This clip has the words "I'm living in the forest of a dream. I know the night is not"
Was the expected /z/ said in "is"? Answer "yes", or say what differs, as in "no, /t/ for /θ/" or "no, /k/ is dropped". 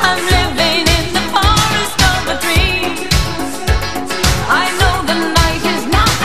yes